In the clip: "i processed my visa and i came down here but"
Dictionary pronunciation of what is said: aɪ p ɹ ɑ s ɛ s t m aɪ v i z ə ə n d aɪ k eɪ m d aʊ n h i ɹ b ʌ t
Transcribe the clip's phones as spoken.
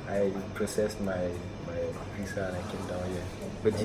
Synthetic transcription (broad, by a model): aɪ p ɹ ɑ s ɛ s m m aɪ p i s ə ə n aɪ k eɪ m d aʊ n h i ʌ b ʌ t